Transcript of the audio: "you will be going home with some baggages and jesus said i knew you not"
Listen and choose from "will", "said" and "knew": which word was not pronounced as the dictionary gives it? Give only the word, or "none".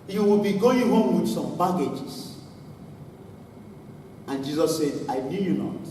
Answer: none